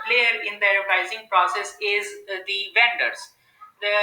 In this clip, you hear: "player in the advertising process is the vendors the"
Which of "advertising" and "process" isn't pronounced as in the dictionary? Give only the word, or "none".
advertising